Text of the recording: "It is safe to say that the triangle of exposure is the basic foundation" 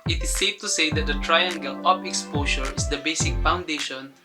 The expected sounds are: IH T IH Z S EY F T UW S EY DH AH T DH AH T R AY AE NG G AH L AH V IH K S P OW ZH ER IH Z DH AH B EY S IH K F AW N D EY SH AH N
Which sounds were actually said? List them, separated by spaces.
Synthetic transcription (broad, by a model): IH T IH S EY F T UW S EY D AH T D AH T R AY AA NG G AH L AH P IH K S P OW SH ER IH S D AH B EY S IH K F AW N D EY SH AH N